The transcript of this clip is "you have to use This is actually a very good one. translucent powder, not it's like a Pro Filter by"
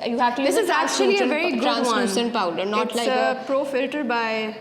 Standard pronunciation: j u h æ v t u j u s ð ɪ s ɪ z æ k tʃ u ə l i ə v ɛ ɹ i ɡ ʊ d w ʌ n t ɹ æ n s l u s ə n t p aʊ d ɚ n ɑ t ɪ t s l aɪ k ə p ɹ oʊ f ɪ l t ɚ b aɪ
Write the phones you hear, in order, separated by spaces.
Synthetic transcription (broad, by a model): j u h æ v t u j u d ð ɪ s ɪ z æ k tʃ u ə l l ə v ɛ ɹ i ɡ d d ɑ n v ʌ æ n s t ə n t p aʊ d ɚ n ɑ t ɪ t l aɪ ə p ɹ oʊ f ɪ l t ɚ b aɪ